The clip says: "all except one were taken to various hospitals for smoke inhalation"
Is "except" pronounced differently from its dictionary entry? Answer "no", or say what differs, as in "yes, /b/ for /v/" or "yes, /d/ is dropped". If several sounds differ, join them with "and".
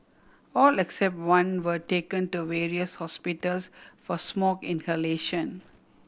no